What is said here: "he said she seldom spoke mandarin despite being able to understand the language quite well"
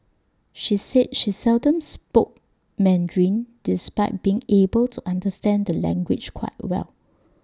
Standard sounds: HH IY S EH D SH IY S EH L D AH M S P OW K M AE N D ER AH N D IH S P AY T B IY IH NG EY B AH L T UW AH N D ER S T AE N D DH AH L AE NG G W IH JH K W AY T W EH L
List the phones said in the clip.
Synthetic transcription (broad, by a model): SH IY S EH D SH IY S EH L D AH M S P OW K M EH N D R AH N D IH S P AY T B IY IH NG EY B AH L T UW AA N D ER S T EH N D AH L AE NG G W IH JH K W AY T W EH L